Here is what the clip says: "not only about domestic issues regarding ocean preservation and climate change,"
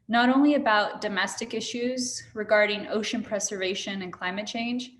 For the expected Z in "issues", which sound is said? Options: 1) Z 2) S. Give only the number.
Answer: 1